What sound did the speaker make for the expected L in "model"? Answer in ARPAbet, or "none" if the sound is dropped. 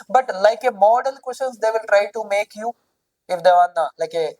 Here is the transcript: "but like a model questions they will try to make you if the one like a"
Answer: L